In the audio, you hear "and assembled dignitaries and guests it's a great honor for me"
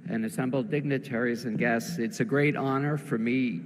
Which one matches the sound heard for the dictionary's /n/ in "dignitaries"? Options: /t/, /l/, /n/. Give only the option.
/n/